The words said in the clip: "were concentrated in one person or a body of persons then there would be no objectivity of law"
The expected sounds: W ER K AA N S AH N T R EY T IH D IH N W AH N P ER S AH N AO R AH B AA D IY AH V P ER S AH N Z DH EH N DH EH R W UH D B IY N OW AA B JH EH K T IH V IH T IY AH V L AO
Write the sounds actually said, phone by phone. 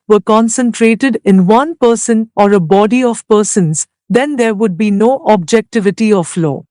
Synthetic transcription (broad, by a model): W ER K AA N S AH N T R EY T IH D IH N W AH N P ER S AH N AO R AH B AA D IY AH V P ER S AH N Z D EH N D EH R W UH D B IY N OW AA B JH EH K T IH V IH T IY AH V L AO